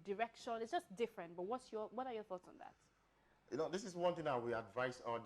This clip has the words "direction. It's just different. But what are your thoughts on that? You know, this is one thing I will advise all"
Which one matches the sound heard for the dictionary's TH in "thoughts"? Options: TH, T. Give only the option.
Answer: TH